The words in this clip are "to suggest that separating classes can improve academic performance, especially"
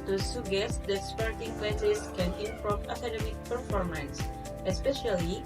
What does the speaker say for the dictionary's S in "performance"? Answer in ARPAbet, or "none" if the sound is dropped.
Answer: S